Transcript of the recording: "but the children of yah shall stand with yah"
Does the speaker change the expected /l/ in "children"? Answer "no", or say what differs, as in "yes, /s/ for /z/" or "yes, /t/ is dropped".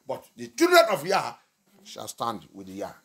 yes, /l/ is dropped